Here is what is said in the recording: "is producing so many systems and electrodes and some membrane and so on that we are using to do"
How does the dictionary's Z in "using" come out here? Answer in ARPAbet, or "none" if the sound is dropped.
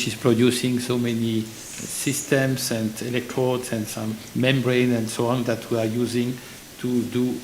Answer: Z